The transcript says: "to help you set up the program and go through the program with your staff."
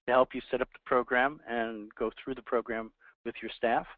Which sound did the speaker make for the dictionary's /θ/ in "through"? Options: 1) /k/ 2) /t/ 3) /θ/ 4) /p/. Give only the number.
3